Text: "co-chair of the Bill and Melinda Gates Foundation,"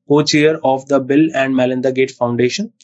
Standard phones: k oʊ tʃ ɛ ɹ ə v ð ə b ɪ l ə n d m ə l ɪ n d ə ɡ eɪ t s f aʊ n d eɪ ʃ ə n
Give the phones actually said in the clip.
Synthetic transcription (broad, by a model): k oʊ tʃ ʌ ɹ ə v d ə b ɪ l ə n d m ə l ɪ n d ə ɡ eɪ t f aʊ n d eɪ ʃ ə n